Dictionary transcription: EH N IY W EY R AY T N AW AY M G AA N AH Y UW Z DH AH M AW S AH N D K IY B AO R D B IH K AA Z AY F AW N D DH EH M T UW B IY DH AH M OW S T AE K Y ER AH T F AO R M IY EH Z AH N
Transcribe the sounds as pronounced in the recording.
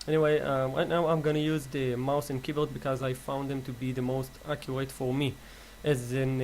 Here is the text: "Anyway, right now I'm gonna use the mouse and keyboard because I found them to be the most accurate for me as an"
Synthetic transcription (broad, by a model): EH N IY W EY R AY T N AW AY M G AA N AH Y UW Z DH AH M AW S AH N K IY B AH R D B IH K AA Z AY F AW N D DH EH M T UW B IY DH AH M OW S T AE K Y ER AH T F AO R M IY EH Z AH N